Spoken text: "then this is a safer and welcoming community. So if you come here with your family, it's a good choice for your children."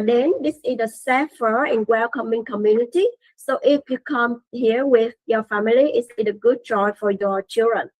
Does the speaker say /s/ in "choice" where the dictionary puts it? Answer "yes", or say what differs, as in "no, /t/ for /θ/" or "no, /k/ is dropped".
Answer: no, /s/ is dropped